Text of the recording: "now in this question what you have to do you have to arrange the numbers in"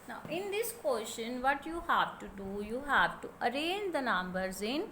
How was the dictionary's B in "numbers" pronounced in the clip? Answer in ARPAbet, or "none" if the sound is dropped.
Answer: B